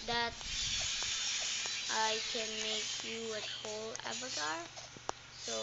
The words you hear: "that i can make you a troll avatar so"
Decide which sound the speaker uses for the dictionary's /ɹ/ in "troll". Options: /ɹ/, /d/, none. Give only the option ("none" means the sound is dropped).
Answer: none